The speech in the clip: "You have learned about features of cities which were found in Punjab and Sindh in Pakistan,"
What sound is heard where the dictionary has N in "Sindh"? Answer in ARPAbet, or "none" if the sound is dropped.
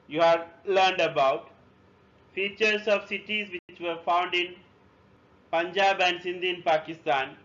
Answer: N